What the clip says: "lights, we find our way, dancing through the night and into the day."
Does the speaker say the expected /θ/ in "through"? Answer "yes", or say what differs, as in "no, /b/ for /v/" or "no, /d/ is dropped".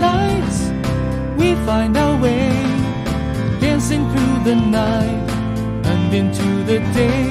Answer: yes